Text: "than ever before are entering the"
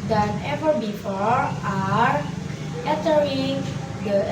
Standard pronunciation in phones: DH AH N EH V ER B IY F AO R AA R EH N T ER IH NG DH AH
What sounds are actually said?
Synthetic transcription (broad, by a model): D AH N EH V ER B IY F AO R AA R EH T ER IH NG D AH